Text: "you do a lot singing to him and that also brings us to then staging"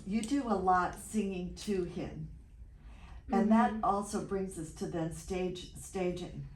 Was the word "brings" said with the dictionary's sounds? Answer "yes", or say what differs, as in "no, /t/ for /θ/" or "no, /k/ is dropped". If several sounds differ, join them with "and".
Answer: yes